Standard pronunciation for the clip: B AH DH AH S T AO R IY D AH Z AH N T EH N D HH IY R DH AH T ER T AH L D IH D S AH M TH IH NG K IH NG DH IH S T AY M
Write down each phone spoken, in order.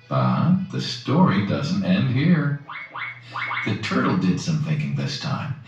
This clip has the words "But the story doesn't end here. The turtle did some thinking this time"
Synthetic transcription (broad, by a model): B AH DH AH S T AO R IY D AH Z N T EH N D HH IY R DH AH T ER T L D IH D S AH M TH IH NG K IH NG DH IH S T AY M